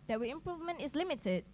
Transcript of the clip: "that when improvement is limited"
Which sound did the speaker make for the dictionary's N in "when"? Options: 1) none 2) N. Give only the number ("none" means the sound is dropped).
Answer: 1